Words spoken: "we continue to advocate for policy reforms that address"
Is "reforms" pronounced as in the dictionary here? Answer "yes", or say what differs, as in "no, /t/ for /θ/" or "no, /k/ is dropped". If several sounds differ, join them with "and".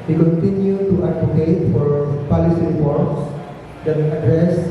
no, /p/ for /f/